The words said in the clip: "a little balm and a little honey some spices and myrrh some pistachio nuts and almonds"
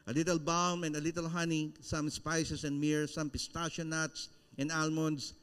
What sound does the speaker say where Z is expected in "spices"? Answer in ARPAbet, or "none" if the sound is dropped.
S